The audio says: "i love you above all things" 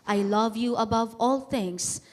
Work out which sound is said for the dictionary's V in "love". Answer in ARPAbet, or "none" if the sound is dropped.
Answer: V